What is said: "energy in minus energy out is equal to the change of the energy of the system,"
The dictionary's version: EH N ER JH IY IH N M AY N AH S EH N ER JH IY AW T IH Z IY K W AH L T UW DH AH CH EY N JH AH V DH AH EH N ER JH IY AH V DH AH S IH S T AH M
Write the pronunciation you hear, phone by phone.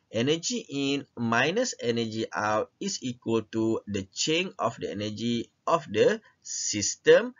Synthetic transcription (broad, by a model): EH N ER JH IY IH N M AY N AH S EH N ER JH IY AW T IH S IY K W AH L T UW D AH CH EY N AH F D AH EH N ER JH IY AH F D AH S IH S T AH M